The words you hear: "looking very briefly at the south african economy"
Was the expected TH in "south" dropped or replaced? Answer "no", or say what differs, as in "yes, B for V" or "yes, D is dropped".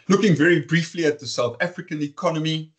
no